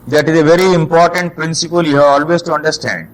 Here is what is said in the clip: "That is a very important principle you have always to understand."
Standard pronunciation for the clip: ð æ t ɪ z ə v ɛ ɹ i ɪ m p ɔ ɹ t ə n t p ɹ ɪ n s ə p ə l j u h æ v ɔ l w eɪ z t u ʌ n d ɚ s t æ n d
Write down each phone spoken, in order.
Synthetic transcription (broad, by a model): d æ t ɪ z ə v ɛ ɹ i ɪ m p ɔ ɹ t ə n t p ɹ ɪ n s ə p ə l j u h æ v ɔ l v eɪ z t u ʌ n d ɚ s t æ n d